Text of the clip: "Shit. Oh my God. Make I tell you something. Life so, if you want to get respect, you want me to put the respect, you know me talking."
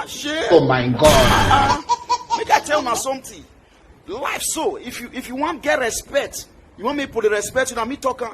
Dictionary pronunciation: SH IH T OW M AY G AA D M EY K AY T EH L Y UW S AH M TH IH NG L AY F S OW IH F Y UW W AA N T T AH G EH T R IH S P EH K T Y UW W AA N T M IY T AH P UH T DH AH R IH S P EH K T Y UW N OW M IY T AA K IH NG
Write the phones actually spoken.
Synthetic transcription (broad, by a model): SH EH OW M AY G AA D M EY K AY T EH L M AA S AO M T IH L AY F S OW IH F Y UW W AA N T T G EH T R IH S P EH K T Y UW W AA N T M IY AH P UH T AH R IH S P EH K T Y UW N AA M IY T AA K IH